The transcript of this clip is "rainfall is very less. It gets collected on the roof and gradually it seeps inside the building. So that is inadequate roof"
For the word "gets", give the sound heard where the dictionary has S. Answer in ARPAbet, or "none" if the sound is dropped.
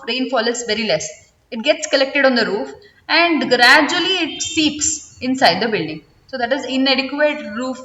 S